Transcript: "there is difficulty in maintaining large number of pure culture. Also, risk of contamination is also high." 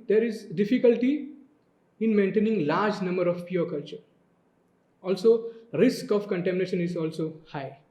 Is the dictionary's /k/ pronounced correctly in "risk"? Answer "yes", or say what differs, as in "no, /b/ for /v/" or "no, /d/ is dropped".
yes